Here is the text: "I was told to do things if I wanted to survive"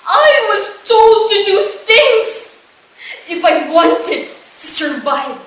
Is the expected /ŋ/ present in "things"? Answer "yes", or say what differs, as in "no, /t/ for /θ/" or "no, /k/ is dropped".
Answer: yes